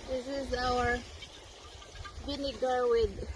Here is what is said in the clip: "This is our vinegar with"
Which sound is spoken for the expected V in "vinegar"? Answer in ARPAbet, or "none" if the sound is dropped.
B